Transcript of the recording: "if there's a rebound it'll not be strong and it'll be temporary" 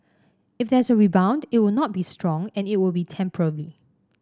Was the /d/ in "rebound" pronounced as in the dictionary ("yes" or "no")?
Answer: yes